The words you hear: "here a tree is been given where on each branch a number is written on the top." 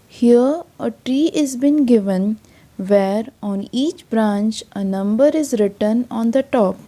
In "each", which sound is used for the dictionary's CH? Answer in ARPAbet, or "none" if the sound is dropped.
CH